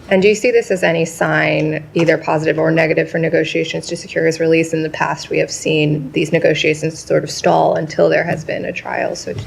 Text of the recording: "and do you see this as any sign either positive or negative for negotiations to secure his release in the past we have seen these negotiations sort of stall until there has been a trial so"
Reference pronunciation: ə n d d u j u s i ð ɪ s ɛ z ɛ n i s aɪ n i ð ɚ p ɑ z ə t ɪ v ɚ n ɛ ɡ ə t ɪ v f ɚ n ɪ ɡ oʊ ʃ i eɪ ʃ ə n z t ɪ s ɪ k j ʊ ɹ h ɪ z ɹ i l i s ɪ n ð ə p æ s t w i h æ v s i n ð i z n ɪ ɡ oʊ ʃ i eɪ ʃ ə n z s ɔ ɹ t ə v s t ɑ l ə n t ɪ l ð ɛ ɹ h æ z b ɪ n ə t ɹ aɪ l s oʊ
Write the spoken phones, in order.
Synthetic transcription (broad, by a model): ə n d d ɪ j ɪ s i ð ɪ s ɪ z ɛ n i s aɪ n i ð ɚ p ɑ z ə t ɪ v ɚ n ɛ ɡ ə t ɪ v f ɚ n ɪ ɡ oʊ ʃ i eɪ ʃ ə n z t ɪ s ɪ k j ʊ ɹ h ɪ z ɹ i l i s ɪ n ð ə p æ s t w i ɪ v s i n ð i z n ɪ ɡ oʊ ʃ i eɪ ʃ ə n z s ɔ ɹ t ə v s t ɑ l ə n t ɪ l ð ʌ ɹ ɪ z b ɪ n ə t ɹ aɪ l s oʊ